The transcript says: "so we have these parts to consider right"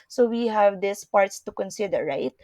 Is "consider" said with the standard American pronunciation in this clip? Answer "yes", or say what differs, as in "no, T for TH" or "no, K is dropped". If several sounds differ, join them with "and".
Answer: yes